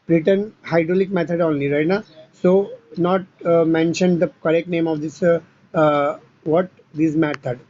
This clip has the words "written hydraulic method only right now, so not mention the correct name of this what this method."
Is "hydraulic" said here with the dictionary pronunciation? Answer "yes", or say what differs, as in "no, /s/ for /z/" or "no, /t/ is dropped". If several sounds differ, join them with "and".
yes